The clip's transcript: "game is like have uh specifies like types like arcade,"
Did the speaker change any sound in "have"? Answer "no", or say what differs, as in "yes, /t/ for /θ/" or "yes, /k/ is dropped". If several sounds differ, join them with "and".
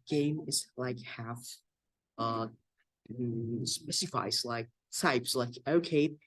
yes, /f/ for /v/